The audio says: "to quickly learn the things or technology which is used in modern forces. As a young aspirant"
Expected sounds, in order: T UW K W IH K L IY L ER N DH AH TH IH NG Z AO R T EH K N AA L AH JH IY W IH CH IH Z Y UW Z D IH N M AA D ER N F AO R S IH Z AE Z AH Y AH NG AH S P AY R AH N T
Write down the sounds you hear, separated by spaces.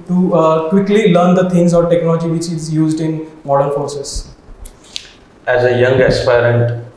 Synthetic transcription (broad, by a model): T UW K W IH K L IY L ER N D AH T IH NG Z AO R T EH K N AA L AH JH IY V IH CH IH Z Y UW Z D IH N M AA D ER N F AO R S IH S AE Z AH Y AH NG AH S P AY R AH N T